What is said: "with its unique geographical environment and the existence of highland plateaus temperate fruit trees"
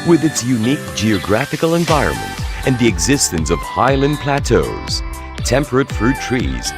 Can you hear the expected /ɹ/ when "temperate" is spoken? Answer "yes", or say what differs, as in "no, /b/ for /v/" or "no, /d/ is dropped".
yes